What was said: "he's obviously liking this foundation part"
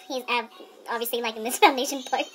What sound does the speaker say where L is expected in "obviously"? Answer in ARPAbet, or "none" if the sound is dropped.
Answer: L